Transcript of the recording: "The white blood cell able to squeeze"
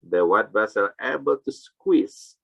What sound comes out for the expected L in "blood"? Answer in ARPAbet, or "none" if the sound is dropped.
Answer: none